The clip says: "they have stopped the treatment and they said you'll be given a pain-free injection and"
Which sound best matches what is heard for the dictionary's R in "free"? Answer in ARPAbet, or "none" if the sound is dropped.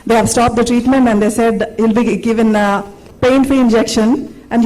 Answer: none